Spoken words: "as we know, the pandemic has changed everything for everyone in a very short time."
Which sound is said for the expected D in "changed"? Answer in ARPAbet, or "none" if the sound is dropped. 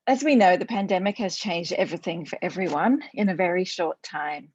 D